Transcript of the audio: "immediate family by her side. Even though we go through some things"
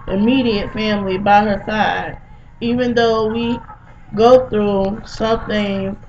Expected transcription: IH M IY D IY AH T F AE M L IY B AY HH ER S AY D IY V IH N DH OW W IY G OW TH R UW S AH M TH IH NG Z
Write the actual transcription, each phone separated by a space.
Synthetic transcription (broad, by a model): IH M IY D IY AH T F AE M L IY B AY HH ER S AY D IY V IH N DH OW W IY G OW TH R UW S AH M TH IH NG